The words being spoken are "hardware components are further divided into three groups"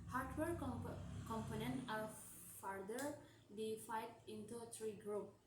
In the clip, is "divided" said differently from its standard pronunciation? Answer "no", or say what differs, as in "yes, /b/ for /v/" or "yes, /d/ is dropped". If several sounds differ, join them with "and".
yes, /f/ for /v/